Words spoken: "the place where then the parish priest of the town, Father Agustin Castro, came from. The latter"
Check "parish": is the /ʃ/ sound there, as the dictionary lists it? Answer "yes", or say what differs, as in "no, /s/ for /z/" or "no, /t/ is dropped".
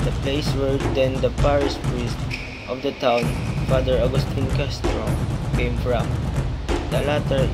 no, /s/ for /ʃ/